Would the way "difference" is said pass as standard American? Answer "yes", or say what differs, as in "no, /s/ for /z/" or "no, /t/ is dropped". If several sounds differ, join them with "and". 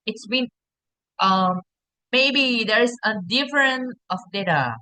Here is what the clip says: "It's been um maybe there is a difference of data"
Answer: no, /s/ is dropped